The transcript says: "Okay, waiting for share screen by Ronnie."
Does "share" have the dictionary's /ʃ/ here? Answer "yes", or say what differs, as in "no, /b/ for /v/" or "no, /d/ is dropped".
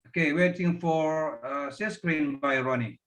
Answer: no, /s/ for /ʃ/